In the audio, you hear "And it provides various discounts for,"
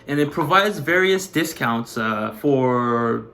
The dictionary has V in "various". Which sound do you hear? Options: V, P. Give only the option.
V